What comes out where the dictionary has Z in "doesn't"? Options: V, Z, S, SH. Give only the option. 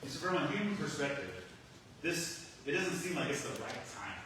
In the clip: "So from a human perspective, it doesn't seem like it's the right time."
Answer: Z